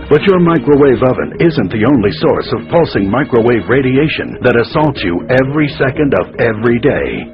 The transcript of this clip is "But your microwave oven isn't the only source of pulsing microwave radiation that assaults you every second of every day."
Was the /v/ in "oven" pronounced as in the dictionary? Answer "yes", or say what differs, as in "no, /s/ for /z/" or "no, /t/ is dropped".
yes